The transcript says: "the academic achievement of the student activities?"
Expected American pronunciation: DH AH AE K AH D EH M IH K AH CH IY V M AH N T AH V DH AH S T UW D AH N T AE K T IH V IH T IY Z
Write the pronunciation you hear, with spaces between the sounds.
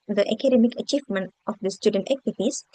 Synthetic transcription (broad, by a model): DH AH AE K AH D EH M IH K AH CH IY V M AH N T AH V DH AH S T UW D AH N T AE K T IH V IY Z